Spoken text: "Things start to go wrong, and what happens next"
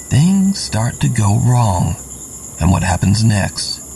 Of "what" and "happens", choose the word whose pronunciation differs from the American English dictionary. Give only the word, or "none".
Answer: none